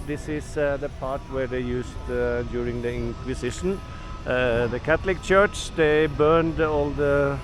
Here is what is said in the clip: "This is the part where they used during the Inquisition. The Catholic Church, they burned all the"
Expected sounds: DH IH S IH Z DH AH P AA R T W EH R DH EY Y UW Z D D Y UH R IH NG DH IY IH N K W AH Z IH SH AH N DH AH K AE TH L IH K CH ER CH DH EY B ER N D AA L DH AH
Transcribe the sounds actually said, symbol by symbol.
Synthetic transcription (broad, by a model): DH IH S IH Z DH AH P AA R T W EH R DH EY Y UW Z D D Y UH R IH NG DH IY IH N K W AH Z IH SH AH N DH AH K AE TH L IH K CH ER CH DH EY B ER N D AA L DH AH